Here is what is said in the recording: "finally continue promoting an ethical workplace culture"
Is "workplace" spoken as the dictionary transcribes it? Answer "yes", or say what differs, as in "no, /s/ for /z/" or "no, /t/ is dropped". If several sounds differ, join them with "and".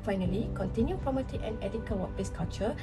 no, /k/ is dropped